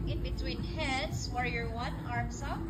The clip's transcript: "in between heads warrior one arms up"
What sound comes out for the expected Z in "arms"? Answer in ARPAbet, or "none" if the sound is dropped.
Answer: S